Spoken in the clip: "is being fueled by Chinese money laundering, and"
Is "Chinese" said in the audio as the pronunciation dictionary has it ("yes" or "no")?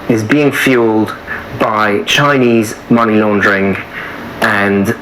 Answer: yes